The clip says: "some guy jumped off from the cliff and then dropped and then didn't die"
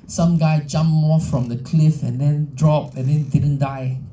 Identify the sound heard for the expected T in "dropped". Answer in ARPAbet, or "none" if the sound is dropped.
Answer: none